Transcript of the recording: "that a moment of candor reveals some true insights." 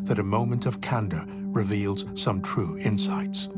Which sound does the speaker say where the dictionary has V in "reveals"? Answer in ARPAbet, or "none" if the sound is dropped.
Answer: V